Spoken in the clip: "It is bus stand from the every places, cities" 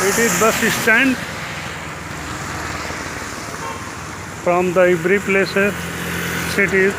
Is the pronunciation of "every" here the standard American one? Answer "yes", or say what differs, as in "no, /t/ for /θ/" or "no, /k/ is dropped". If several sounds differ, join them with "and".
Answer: no, /b/ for /v/